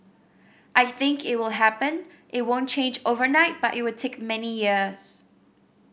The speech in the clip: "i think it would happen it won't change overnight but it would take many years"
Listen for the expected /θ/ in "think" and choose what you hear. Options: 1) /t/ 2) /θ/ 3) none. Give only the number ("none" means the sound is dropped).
2